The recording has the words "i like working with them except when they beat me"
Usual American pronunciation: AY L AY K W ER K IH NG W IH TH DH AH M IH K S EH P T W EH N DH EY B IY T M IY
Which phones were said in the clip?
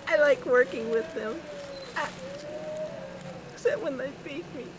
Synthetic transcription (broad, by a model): AY L AY K W ER K IH NG W IH DH AH M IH S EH T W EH N DH EY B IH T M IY